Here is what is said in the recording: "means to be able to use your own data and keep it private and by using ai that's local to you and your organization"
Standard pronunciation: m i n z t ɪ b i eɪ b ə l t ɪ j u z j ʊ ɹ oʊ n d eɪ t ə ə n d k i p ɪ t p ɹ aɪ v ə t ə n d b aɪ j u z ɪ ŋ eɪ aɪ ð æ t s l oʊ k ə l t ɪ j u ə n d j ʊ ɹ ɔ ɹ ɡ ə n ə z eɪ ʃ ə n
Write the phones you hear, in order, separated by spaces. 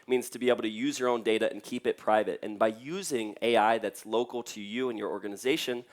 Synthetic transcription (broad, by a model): m i n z t ɪ b i eɪ b l t ɪ j u z j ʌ ɹ oʊ n d eɪ t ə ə n k i p ɪ t p ɹ aɪ v ə t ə n b aɪ j u z ɪ ŋ eɪ aɪ ð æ t s l oʊ k l t ɪ j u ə n j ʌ ɹ ɔ ɹ ɡ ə n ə z eɪ ʃ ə n